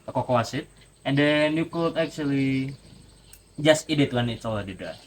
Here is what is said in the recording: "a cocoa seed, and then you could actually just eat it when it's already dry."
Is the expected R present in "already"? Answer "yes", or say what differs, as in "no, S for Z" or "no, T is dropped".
no, L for R